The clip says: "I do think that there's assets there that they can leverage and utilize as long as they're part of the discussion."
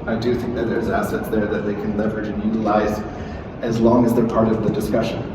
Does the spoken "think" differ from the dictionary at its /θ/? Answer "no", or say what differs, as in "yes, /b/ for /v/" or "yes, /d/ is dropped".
no